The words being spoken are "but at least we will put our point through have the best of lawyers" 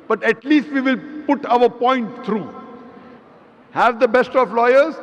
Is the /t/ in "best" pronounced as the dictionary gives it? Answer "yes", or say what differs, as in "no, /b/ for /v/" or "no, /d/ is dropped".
yes